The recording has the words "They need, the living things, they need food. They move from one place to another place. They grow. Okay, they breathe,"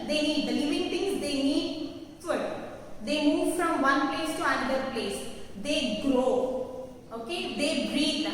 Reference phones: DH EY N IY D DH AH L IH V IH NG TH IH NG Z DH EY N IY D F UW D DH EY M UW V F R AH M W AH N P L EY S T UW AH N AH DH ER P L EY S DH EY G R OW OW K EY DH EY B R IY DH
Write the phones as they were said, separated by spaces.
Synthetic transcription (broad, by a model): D EY N IY D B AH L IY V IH NG T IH NG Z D EY N IY D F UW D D EY M UW V F R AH M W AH N P L EY S T UW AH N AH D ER P L EY S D EY G R OW OW K EY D EY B R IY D